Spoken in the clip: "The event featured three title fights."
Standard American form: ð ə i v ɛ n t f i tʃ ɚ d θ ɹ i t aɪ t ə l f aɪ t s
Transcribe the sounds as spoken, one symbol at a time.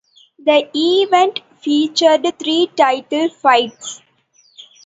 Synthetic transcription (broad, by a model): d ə i v ɛ n t f i tʃ ɚ d t ɹ i t aɪ t ə l f aɪ t s